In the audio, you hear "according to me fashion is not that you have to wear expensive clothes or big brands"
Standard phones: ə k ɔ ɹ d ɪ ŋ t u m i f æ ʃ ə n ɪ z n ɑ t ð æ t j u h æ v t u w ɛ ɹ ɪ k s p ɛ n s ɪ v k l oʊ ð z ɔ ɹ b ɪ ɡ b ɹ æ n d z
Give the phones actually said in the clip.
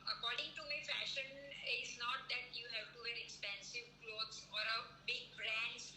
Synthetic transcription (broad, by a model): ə k ɔ ɹ d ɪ ŋ t u m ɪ f æ ʃ ə n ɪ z n ɑ t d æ t j u h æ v t u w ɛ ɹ ɪ k s p ɛ n s ɪ v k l oʊ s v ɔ ɹ b ɪ ɡ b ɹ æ n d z